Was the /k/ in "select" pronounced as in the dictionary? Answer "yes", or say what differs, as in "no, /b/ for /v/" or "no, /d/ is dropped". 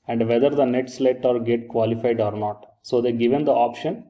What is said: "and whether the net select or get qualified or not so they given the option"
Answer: no, /k/ is dropped